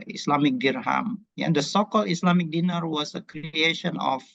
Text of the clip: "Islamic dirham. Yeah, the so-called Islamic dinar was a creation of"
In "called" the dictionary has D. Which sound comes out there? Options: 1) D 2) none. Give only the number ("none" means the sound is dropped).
2